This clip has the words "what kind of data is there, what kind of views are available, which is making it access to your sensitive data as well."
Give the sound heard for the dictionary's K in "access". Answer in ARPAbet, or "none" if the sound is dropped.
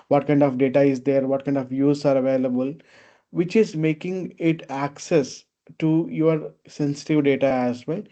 K